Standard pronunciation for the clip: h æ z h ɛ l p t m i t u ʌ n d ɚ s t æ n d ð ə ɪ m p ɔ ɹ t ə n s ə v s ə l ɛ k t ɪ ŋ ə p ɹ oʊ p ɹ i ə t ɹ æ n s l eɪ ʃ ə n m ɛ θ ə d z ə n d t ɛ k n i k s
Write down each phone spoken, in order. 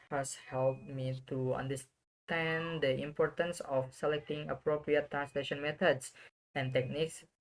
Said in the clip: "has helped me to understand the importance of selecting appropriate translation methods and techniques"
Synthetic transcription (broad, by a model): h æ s h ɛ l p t m i t u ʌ n d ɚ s t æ n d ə ɪ m p ɔ ɹ t ə n s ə f s ə l ɛ k t ɪ ŋ ə p ɹ oʊ p ɹ i ə t ɹ æ n s l eɪ ʃ ə n m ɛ t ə d s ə n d t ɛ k n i k s